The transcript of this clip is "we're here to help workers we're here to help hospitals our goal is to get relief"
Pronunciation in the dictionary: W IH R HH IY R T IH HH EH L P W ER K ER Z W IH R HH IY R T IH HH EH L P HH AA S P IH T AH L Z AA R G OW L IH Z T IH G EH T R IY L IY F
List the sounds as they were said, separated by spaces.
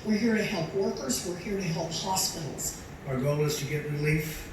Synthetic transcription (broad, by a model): W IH R HH IY R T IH HH EH L P W ER K ER Z W IH R HH IY R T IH HH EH L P HH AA S P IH T L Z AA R G OW L IH Z T IH G EH T R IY L IY F